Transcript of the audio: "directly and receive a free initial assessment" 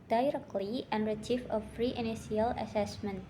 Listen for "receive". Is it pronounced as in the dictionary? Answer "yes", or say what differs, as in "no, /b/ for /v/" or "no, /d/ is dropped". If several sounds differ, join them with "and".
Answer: no, /f/ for /v/